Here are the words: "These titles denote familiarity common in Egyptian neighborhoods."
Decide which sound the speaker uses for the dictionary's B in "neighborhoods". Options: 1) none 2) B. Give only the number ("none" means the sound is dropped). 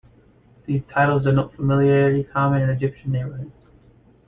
1